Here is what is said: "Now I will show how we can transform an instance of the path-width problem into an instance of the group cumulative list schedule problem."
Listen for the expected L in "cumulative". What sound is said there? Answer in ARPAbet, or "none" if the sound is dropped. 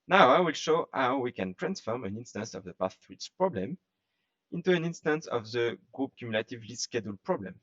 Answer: L